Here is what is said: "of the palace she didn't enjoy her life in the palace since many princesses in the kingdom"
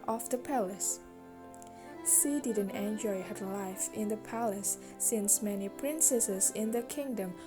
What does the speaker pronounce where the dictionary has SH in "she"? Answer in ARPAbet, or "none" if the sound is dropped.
S